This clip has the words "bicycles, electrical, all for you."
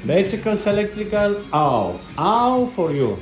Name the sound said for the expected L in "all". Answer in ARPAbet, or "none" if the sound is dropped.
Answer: W